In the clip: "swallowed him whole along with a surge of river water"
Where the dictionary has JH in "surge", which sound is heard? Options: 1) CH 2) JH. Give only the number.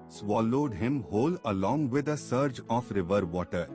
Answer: 2